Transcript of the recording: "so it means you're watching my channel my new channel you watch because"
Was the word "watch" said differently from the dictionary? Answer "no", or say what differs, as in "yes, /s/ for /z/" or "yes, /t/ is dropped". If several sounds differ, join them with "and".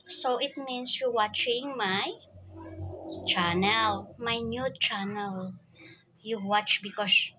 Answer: no